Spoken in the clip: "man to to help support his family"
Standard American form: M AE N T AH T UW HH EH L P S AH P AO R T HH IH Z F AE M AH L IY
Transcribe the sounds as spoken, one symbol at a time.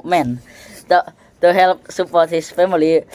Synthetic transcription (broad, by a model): M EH N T T UW HH EH L P S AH P AO T HH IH S F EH M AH L IY